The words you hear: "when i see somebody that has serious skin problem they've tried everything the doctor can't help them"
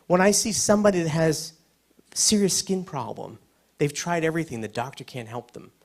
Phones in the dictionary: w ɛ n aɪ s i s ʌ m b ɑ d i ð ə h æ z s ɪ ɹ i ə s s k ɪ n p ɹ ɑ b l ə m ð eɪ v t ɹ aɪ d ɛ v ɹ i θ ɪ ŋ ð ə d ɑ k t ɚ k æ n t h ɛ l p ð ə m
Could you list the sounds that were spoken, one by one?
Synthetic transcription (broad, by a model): w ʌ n aɪ s i s ʌ m b ɑ d i ð ə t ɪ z s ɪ ɹ i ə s s k ɪ n p ɹ ɑ b l ə m ð eɪ v t ɹ aɪ d ɛ v ɹ i θ ɪ ŋ ð ə d ɑ k t ɚ k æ n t h ɛ l p ð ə m